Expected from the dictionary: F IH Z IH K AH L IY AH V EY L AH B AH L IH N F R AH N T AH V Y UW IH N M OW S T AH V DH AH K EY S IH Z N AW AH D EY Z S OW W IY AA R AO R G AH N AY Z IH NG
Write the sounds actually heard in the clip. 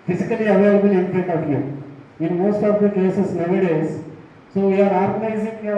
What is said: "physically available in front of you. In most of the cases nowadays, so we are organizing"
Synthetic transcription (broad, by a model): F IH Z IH K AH L IY AH V EY L AH B AH L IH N P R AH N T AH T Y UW IH N M OW S T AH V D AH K EY S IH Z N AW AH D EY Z S OW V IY AA R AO R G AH N AY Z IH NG